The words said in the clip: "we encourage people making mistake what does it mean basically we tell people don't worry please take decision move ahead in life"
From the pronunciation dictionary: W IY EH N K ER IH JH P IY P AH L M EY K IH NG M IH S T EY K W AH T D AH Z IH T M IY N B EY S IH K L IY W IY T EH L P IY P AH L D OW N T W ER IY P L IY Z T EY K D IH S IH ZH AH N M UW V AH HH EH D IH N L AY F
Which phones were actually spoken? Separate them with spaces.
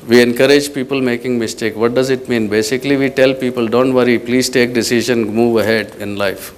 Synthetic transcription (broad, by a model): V IY EH N K ER IH JH P IY P AH L M EY K IH NG M IH S T EY K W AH T D AH Z IH T M IY N B EY S IH K L IY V IY T EH L P IY P AH L D OW N T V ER IY P L IY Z T EY K D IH S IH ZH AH N M UW V AH HH EH D IH N L AY F